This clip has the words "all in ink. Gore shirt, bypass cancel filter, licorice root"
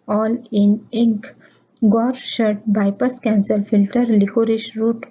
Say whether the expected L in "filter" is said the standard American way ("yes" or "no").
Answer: yes